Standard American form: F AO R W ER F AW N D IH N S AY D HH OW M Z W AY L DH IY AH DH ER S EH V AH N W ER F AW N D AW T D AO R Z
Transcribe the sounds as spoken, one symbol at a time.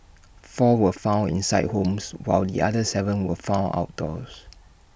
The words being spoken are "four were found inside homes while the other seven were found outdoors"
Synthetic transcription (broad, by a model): F AO W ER F AW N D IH N S AY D HH OW M S W AY L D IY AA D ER S EH V AH N W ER F AW N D AW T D AO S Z